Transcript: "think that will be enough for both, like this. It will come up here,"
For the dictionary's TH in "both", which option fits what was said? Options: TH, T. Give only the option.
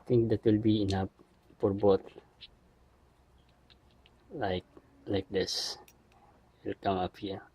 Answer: T